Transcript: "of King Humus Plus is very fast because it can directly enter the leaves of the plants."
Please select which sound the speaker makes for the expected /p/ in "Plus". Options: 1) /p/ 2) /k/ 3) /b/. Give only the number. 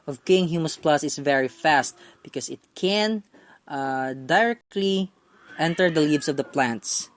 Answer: 1